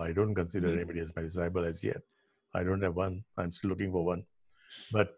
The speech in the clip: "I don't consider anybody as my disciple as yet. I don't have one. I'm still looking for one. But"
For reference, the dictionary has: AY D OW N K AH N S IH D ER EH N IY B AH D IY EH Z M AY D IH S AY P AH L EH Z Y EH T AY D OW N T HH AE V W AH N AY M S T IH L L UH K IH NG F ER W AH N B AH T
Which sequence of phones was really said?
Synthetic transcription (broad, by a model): AY D OW N K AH N S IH D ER EH N IY B AH D IY EH Z M AY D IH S AY B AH L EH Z Y EH T AY D OW N T HH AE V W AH N AY M S T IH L L UH K IH NG F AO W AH N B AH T